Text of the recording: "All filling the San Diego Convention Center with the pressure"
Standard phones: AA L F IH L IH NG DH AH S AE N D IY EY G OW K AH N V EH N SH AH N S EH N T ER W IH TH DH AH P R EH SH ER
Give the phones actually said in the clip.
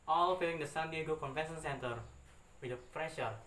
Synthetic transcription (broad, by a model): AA L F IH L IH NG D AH S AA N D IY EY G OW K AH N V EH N S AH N S EH N T ER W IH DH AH P R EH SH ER